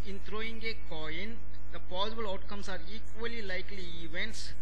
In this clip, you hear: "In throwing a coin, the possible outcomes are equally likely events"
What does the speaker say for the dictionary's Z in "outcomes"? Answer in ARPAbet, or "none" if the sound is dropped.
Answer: S